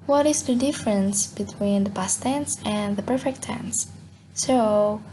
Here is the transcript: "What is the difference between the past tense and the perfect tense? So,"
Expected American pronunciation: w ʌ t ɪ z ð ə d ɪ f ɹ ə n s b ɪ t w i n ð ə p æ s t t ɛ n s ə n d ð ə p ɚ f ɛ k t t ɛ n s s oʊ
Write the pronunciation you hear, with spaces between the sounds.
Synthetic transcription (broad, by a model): w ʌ t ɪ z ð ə d ɪ f ɹ ə n s b ɪ t w i n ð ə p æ s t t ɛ n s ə n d ð ə p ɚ f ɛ k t t ɛ n s s oʊ